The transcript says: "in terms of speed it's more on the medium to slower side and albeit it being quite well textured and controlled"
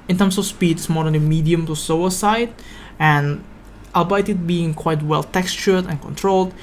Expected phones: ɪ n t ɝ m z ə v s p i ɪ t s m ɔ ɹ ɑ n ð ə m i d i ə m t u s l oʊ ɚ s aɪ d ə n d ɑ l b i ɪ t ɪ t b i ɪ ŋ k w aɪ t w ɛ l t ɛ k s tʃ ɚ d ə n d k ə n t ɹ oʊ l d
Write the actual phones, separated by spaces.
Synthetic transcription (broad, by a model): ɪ n t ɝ m s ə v s p i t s m ɔ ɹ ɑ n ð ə m i d i ə m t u s oʊ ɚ s aɪ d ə n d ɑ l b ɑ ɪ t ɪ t b i ɪ ŋ k w aɪ t w ɛ l t ɛ k s tʃ ɚ d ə n k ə n t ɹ oʊ l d